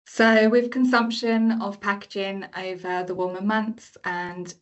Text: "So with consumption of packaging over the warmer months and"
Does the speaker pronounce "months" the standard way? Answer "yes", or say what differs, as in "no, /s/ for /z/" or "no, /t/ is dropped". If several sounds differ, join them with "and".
yes